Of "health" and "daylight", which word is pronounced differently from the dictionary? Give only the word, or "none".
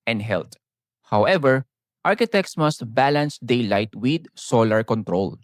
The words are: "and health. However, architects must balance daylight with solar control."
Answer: health